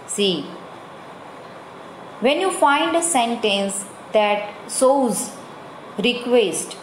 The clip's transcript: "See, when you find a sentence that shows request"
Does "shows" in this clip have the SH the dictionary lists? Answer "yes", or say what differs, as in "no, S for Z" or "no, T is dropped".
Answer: no, S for SH